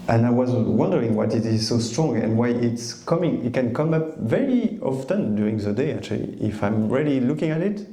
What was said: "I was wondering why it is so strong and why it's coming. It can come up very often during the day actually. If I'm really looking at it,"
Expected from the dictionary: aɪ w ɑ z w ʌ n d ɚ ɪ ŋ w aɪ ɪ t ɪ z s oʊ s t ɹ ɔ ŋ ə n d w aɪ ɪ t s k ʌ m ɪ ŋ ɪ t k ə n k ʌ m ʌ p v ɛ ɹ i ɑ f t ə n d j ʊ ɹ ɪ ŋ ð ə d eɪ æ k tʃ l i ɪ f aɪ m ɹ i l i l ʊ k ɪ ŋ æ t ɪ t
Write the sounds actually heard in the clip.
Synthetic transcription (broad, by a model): aɪ w ɑ z w ʌ n d ɚ ɪ ŋ w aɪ ɪ t ɪ z s oʊ s t ɹ ɔ ŋ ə n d w aɪ ɪ t s k ʌ m ɪ ŋ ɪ t k ə n k ʌ m ʌ p v ɛ ɹ i ɑ f t ə n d j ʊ ɹ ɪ ŋ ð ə d eɪ æ k tʃ l i ɪ f aɪ m ɹ i l i l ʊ k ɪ ŋ æ t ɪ t